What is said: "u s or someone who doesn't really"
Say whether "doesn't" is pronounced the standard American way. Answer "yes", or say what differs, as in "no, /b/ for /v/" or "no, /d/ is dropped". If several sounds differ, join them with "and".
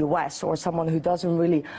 yes